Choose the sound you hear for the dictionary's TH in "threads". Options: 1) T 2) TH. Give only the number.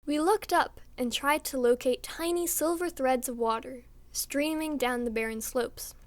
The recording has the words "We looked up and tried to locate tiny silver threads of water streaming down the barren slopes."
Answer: 2